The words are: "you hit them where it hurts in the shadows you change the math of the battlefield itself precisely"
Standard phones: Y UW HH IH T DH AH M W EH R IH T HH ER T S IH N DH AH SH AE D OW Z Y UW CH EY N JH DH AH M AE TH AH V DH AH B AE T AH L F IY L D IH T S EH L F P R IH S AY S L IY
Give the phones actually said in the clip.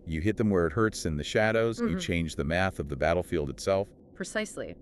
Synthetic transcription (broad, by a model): Y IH HH IH T DH AH M W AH R IH T HH ER T S IH N DH AH SH AE D OW Z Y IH CH EY N JH DH AH M AE TH AH V DH AH B AE T L F IY L D IH T S EH L F P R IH S AY S L IY